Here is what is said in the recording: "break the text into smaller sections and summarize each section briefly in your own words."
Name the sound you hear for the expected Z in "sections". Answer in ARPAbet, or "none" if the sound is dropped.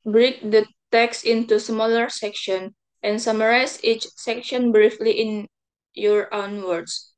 none